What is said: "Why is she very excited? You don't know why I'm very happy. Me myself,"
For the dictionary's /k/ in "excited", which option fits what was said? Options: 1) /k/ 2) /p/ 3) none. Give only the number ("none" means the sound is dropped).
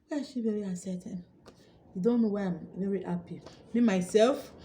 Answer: 3